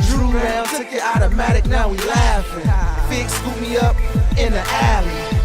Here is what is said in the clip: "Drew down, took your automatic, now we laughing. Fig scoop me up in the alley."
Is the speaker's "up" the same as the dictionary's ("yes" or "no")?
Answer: yes